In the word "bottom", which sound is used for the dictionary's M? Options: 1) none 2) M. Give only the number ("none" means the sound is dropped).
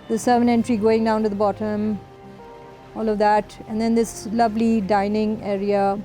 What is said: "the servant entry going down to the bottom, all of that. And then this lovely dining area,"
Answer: 2